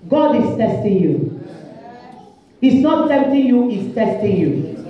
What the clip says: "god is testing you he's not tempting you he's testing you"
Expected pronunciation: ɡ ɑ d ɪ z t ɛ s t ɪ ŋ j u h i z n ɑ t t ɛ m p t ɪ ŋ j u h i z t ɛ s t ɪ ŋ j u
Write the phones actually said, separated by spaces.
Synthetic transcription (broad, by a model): ɡ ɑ d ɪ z t ɛ s t ɪ ŋ j u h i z n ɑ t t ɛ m t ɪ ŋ j u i s t ɛ s t ɪ ŋ j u